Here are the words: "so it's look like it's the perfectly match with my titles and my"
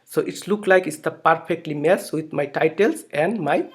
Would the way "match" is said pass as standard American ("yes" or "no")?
no